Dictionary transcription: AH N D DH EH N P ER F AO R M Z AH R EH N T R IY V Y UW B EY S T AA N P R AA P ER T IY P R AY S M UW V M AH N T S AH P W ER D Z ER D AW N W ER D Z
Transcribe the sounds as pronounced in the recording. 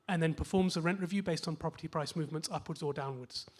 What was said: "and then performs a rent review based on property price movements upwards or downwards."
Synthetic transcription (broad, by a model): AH N DH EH N P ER F AO M Z AH R EH N T R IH V Y UW B EY S T N P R AA P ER T IY P R AY S M UW V M AH N T S AH P W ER D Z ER D AW N W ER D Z